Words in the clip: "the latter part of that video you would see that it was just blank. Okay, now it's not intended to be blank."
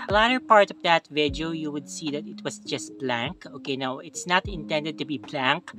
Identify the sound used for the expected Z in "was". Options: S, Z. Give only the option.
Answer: S